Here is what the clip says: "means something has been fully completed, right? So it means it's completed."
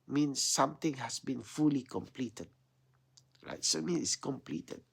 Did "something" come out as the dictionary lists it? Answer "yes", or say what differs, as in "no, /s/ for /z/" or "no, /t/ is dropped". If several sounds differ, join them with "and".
no, /t/ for /θ/